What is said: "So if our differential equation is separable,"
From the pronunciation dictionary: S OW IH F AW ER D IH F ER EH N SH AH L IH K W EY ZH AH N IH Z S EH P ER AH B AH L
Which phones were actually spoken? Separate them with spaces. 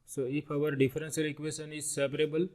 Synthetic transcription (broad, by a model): S OW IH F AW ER D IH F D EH N S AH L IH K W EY SH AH N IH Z S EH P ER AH B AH L